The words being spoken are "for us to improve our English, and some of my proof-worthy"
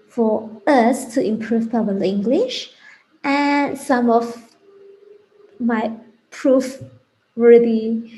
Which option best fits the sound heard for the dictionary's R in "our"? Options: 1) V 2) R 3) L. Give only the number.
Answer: 3